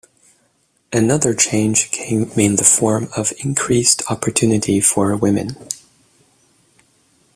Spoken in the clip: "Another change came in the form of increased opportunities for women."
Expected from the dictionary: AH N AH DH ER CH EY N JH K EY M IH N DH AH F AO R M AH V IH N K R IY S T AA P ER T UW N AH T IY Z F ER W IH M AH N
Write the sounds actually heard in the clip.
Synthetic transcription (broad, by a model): AH N AH DH ER CH EY N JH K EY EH IH N DH AH F AO R M AH V IH N K R IY S T AA P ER T UW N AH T IY F ER W IH M AH N